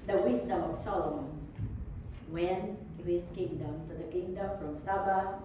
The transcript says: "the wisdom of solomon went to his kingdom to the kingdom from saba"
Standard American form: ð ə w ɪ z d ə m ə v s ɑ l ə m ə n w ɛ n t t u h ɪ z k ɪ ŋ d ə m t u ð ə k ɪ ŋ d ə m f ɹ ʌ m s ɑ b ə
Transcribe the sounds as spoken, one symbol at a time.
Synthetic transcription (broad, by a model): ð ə w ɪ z d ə m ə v s ɑ l ə m ə n w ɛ n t t u h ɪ s k ɪ ŋ d ə m t u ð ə k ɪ ŋ d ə m f ɹ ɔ m s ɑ b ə